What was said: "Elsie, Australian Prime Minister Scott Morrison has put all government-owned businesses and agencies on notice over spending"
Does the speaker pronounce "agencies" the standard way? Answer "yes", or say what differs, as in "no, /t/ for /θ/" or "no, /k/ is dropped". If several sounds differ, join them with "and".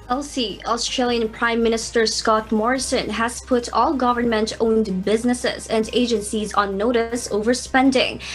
yes